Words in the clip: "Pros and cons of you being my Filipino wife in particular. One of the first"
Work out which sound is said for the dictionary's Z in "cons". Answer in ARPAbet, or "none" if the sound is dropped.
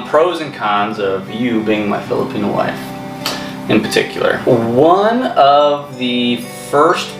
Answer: Z